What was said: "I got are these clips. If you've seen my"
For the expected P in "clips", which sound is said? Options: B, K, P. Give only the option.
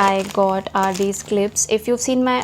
P